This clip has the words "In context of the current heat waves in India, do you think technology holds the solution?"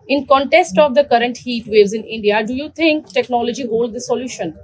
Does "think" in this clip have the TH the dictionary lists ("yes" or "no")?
no